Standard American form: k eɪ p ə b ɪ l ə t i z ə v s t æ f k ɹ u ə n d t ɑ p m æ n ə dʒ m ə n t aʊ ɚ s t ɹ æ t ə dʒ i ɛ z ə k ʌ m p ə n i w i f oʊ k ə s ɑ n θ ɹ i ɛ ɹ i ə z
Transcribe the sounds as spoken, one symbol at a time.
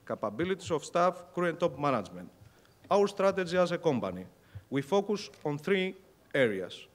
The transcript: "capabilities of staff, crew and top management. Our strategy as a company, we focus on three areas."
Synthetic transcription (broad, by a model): k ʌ p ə b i l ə t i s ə f s t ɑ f k ɹ u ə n t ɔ p m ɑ n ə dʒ m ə n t aʊ ɚ s t ɹ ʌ t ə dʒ i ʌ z ə k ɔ m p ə n i w i f oʊ k ə s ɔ n θ ɹ i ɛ ɹ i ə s